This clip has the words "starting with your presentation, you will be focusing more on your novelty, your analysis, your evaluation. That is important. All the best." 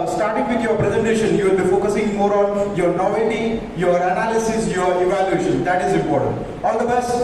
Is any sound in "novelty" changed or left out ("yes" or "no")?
yes